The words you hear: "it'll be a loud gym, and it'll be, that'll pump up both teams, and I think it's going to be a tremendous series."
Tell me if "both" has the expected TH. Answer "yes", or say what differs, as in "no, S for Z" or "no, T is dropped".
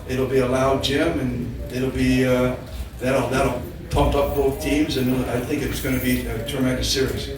yes